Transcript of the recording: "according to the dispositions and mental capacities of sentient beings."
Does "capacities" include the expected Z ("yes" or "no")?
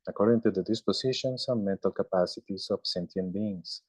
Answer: no